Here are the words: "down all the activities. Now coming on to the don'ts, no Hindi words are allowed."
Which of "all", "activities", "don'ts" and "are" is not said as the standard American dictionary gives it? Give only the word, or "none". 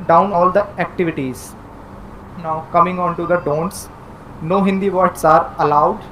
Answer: none